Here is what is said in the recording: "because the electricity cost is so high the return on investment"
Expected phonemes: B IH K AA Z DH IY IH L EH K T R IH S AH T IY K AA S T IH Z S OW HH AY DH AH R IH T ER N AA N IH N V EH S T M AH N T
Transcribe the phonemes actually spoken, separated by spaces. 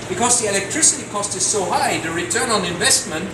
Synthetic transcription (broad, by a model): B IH K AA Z DH IY IH L EH K T R IH S AH T IY K AA S T IH Z S OW HH AY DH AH R IH T ER N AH N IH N V EH S T M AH N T